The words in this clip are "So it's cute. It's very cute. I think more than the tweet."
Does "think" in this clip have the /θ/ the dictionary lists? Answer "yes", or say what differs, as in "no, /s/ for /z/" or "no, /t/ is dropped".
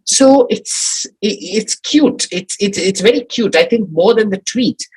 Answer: yes